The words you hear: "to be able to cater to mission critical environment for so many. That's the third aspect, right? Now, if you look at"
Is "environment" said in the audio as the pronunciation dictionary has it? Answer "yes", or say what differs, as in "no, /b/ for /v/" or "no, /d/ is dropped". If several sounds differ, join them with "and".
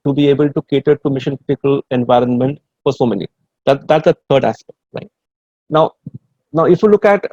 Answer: yes